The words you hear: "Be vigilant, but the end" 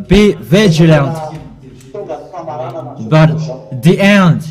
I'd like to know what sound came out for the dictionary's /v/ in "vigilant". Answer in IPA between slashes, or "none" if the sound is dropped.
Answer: /v/